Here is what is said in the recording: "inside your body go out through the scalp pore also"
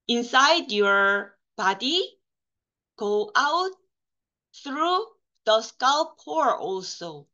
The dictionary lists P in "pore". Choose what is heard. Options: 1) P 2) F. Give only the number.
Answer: 1